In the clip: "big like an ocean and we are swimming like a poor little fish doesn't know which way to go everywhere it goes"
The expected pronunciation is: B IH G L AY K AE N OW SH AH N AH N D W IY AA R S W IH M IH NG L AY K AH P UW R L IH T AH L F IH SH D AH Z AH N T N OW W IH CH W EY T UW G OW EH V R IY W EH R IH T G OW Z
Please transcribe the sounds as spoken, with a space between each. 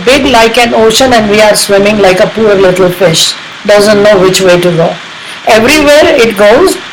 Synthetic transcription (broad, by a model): B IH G L AY K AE N OW SH AH N AH N D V IY AA R S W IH M IH NG L AY K AH P UW R L IH T AH L F IH SH D AH Z AH N T N OW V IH CH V EY T UW G OW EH V R IY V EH R IH T G OW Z